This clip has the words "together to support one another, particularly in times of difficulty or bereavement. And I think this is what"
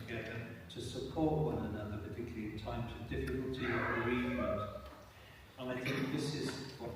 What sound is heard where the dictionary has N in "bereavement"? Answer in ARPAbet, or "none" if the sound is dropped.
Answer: none